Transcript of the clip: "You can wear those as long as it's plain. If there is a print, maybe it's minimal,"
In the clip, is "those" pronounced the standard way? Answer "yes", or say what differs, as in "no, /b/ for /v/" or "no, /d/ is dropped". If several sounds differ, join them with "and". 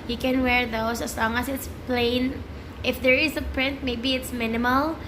no, /s/ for /z/